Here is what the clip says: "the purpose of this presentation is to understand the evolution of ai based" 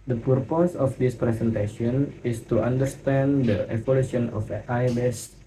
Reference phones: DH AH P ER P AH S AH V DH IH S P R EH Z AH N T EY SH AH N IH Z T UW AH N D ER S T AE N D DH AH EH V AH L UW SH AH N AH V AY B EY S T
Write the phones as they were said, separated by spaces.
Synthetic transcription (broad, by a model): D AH P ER P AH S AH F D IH S P R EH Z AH N T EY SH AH N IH S T UW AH N D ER S T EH N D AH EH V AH L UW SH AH N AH F AY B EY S